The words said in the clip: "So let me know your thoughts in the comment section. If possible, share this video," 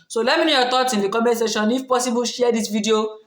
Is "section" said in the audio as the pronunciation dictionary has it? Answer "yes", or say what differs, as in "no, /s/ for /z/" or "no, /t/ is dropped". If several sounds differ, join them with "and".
no, /k/ is dropped